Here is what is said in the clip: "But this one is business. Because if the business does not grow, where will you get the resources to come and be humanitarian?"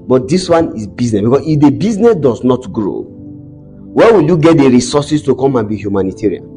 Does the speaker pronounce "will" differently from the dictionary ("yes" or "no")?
no